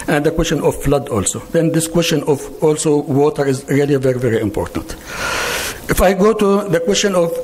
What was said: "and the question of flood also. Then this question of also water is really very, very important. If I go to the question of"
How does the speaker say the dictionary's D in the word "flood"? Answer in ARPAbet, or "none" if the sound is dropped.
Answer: D